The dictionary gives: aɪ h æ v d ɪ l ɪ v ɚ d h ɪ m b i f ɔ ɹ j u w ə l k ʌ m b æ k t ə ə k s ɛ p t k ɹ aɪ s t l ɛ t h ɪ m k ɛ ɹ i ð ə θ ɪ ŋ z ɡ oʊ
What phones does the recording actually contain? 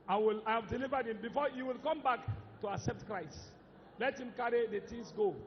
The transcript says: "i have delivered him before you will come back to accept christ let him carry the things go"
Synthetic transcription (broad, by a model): aɪ h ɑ v d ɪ l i v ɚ d h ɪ m b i f ɔ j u w ə l k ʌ m b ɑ k t ə ə k s ɛ p t k ɹ aɪ s t l ɛ t h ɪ m k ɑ ɹ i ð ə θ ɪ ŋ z ɡ oʊ